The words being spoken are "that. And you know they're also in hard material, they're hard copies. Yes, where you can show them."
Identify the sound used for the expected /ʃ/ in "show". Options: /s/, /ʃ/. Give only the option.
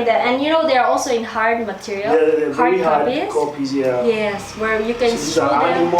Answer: /s/